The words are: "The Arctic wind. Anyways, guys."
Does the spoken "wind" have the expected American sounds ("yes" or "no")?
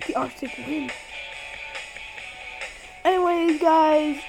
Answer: no